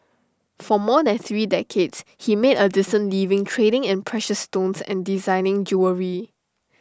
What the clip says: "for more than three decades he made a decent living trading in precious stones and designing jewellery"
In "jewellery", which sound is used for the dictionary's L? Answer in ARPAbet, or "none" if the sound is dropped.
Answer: none